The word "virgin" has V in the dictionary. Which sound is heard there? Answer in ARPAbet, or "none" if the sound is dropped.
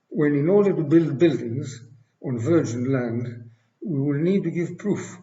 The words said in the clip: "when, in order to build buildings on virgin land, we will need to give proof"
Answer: V